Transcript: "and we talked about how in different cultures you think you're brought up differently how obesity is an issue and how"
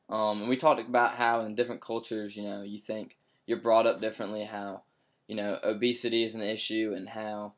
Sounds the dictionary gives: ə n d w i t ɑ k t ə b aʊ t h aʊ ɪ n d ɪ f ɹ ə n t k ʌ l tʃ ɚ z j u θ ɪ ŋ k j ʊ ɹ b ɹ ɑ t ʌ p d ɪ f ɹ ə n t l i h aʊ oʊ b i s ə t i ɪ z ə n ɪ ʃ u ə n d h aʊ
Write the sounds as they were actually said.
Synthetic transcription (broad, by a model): ə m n w i t ɑ k t ə b aʊ t h aʊ ɪ n d ɪ f ɹ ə n k ʌ l tʃ ɚ z j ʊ θ ɪ ŋ k j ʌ ɹ b ɹ ɑ t ʌ p d ɪ f ɹ ə n t l i h aʊ oʊ b i s ə t i ɪ z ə n ɪ ʃ u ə n h aʊ